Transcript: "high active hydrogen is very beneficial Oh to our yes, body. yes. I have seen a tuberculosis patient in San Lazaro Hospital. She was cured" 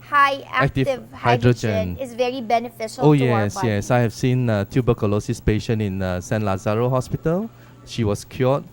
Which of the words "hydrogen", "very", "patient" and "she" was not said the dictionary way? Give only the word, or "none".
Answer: patient